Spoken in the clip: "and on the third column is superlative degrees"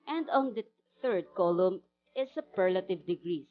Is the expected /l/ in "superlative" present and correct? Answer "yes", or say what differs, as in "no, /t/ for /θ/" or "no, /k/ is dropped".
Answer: yes